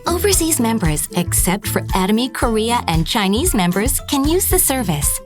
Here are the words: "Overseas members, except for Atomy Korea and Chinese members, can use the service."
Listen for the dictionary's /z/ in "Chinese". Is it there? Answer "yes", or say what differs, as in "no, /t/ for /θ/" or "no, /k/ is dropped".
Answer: yes